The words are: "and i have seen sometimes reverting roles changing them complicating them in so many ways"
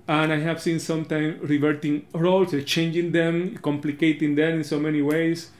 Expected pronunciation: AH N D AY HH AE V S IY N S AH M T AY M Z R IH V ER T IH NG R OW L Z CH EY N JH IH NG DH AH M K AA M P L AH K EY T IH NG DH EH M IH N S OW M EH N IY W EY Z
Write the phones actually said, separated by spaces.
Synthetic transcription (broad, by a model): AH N AY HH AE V S IY N S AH M T AY M R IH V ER T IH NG R OW L S CH EY N JH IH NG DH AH M K AA M P L AH K EY T IH NG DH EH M IH N S OW M EH N IY W EY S